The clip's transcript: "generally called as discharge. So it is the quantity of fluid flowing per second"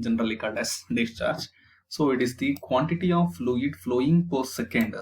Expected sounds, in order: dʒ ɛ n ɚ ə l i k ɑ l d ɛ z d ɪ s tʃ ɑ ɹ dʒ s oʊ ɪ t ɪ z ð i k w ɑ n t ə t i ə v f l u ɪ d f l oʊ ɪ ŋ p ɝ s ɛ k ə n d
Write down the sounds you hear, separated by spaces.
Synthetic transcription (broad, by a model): dʒ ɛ n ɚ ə l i k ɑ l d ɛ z d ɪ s tʃ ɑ ɹ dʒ s oʊ ɪ t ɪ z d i k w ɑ n t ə t i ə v f l u ɪ d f l oʊ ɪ ŋ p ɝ s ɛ k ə n d